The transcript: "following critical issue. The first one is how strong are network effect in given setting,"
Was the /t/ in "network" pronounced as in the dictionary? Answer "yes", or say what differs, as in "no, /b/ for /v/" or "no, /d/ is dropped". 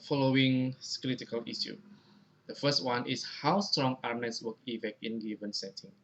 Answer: no, /s/ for /t/